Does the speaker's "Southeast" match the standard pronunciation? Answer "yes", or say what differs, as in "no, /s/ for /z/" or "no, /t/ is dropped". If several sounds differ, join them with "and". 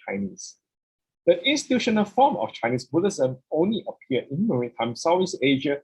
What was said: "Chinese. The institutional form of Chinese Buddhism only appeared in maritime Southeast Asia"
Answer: no, /t/ is dropped